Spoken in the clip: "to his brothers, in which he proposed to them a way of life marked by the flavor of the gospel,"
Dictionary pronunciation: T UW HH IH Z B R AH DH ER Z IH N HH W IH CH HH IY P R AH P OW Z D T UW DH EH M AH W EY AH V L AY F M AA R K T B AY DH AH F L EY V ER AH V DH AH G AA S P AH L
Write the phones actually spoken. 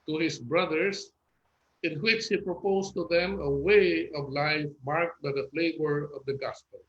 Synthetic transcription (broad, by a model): T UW HH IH S B R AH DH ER S IH N HH W IH CH HH IY P R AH P OW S T UW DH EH M AH W EY AH V L AY F M AA R K T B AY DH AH F L EY V ER AH V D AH G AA S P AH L